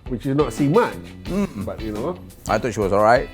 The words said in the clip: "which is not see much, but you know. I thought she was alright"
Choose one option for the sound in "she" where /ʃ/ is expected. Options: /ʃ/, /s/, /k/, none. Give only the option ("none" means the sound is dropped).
/ʃ/